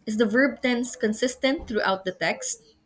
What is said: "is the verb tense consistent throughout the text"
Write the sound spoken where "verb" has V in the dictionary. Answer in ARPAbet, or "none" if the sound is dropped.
V